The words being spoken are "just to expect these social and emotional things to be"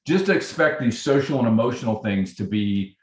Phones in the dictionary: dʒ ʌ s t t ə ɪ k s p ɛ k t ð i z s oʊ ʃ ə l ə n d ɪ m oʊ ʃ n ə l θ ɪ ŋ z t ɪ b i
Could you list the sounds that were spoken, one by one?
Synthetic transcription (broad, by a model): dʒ ʌ s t t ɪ k s p ɛ k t ð i z s oʊ ʃ l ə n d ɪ m oʊ ʃ n l θ ɪ ŋ z t ɪ b i